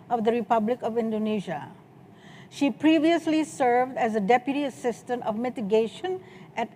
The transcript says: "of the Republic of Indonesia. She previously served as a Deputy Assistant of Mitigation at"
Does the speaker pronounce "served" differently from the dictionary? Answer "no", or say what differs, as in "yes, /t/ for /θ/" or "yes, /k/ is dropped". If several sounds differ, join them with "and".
no